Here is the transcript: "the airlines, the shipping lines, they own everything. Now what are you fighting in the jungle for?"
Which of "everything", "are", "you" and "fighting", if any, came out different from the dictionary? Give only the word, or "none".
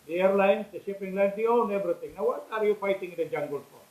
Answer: everything